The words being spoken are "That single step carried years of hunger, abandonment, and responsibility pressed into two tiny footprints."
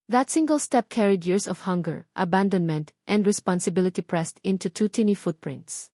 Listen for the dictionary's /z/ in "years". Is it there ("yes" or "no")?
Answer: no